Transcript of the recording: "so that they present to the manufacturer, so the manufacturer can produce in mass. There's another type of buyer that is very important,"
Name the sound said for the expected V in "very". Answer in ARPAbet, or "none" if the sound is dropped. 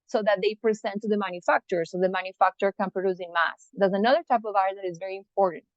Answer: V